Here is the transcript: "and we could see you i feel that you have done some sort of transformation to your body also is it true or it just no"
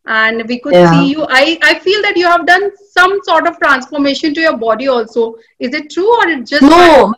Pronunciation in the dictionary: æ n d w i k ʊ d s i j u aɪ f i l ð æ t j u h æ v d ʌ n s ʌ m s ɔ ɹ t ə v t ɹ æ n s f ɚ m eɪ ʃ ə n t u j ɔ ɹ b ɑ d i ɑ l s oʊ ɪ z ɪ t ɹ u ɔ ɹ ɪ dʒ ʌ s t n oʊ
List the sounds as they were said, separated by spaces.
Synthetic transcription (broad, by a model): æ n d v i k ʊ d s i j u aɪ f i l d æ t j u h æ v d ʌ n s ʌ m s ɔ ɹ t ə v t ɹ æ n s f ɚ m eɪ ʃ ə n t u j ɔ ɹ b ɑ d i ɑ l s oʊ ɪ z ɪ t ɹ u ɔ ɹ ɪ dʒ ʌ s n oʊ